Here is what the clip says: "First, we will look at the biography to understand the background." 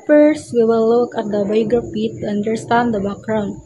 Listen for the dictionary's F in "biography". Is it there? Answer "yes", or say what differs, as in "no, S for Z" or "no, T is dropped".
no, P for F